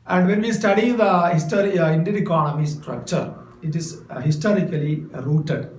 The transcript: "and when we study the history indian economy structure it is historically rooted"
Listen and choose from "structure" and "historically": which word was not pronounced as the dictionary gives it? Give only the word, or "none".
none